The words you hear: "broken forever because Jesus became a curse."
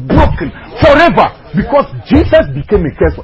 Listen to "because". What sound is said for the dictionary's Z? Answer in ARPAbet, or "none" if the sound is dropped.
S